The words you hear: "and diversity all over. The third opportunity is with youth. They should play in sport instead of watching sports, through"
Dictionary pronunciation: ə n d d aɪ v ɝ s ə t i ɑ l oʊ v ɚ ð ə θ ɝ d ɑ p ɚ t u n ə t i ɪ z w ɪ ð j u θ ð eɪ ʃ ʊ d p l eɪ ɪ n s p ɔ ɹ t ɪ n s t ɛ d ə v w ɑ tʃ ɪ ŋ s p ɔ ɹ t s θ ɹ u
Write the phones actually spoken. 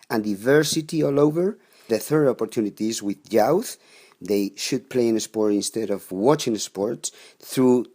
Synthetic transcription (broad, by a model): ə n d d aɪ v ɝ s ə t i ɑ l oʊ v ɚ ð ə θ ɝ d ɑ p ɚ t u n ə t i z w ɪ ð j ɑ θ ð eɪ ʃ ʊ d p l eɪ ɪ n s p ɔ ɹ t ɪ n s t ɛ d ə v w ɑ tʃ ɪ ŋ s p ɔ ɹ t s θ ɹ u